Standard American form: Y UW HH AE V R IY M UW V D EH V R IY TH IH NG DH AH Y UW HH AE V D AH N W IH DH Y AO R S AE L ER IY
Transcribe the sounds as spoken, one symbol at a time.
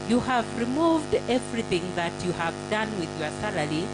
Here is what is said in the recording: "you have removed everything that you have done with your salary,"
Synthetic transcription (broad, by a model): Y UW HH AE V R IY M UW V D EH V R IY TH IH NG DH AH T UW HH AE V D AH N W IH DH Y AO R S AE L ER IY